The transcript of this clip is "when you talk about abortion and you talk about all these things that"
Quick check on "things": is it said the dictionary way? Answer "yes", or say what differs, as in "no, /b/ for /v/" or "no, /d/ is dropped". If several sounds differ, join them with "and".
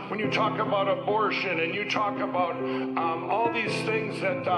yes